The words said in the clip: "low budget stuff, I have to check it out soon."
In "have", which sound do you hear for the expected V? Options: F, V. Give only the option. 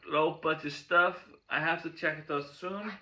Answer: F